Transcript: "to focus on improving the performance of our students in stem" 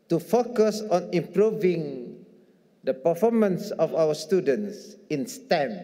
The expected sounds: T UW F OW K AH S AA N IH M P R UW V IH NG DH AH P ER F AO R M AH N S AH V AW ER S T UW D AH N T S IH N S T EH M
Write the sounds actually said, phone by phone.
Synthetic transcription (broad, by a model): T UW F OW K AH S AA N IH M P R UW V IH NG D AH P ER F AO M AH N S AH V AW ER S T UW D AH N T S IH N S T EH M